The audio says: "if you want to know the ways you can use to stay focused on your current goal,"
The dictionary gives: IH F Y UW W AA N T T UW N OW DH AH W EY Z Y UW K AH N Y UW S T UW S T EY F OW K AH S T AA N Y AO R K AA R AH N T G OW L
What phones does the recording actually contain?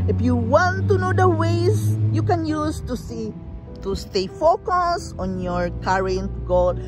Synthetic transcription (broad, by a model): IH F Y UW W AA N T T UW N OW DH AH W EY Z Y UW K AH N Y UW S T UW S T EY F OW K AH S AA N Y AO R K AA R AH N T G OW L